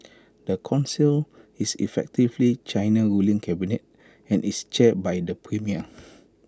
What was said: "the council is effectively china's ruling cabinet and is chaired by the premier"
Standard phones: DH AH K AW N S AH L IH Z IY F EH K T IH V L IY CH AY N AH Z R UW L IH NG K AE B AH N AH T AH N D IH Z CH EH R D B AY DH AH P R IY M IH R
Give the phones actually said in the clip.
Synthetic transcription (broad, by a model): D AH K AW N S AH L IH S IY F EH K T IH V L IY CH AY N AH R UW L IH NG K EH B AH N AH T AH N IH S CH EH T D B AY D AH P R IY M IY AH